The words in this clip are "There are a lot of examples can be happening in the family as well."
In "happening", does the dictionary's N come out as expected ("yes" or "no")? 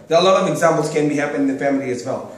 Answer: no